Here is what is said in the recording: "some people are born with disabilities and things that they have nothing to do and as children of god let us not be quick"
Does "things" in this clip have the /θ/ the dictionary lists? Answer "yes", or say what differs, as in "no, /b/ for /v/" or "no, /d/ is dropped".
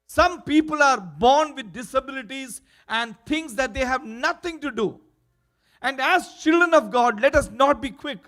no, /t/ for /θ/